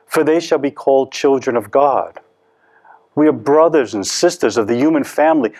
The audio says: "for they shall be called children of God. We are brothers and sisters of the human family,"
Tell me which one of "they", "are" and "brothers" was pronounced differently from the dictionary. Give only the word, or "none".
none